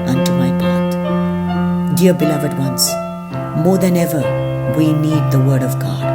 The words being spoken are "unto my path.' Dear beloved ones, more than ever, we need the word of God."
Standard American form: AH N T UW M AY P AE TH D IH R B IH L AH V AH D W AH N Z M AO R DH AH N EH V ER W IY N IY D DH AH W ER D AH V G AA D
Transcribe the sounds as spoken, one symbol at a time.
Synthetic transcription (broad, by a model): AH N T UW M AY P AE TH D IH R B IH L AH V AH D W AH N S M AO R DH AH N EH V ER W IY N IY D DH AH W ER D AH V G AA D